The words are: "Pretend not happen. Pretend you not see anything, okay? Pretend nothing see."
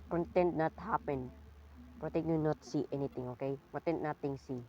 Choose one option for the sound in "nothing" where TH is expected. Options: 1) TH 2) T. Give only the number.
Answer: 2